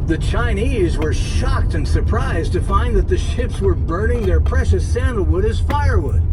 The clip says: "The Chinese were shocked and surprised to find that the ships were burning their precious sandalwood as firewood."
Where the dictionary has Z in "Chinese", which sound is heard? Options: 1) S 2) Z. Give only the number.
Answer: 2